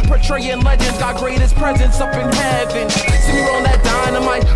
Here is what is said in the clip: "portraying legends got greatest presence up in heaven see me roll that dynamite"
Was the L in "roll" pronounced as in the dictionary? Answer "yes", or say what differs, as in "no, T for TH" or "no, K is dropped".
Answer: no, N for L